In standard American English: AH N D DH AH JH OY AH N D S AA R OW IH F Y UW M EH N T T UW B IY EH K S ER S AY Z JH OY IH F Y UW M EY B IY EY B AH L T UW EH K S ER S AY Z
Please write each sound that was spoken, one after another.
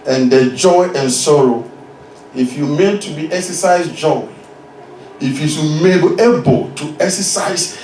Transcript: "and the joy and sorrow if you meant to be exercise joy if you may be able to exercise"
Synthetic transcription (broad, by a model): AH N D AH JH OY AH N S AA R OW IH F Y UW M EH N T T UW B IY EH K S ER S AY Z JH OY IH F Y UW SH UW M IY EY B AH L T UW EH K S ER S AY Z